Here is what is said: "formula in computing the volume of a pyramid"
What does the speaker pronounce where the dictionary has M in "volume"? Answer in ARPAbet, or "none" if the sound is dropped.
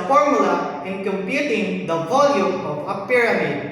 M